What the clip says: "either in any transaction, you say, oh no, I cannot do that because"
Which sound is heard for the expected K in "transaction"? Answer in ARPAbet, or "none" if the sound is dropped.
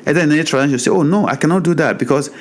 none